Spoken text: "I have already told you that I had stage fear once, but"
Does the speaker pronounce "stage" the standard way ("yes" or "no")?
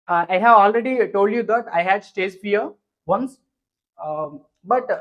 no